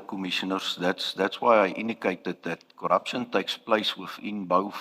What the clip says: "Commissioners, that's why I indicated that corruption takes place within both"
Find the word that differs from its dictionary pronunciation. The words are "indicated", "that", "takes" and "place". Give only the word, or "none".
none